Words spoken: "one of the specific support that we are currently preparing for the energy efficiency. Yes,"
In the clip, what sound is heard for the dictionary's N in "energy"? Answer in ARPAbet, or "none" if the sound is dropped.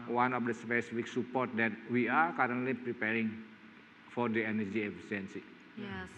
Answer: N